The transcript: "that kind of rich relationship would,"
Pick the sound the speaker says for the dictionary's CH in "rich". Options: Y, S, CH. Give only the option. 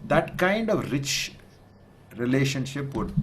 CH